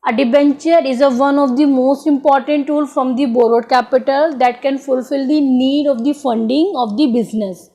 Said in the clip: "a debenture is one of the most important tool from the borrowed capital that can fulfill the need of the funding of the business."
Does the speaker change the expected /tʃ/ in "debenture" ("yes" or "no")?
no